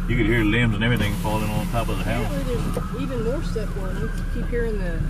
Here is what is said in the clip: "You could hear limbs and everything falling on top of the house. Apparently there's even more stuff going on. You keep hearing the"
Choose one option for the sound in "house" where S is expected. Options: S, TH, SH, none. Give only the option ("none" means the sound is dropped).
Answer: none